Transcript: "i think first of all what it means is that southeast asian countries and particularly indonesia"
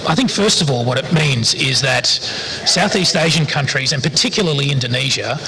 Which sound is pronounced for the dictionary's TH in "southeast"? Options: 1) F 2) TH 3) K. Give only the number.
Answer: 2